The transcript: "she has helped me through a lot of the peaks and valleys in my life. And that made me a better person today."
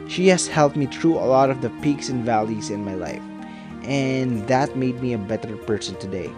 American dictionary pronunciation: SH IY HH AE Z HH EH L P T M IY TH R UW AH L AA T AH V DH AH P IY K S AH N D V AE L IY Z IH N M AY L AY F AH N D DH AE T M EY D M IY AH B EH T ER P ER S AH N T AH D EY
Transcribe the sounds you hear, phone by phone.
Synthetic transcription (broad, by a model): SH IY HH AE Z HH EH L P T M IY T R UW AH L AA T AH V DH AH P IY K S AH N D V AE L IY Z IH N M AY L AY F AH N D DH AE T M EY D M IY AH B EH T ER P ER S AH N T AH D EY